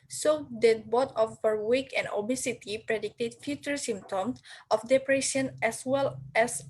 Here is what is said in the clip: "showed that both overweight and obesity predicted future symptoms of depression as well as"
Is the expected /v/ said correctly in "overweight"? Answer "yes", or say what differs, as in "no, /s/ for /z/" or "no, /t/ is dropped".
no, /p/ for /v/